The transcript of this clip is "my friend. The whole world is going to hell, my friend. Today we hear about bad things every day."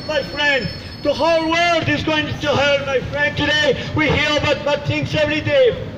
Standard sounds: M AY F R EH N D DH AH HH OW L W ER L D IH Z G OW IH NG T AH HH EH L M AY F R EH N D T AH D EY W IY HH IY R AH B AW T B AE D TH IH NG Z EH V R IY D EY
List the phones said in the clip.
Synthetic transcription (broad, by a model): M AY F R EH N D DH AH HH OW L W ER L D IH Z G OW IH NG T AH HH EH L M AY F R EH N D T AH D EY W IY HH IY R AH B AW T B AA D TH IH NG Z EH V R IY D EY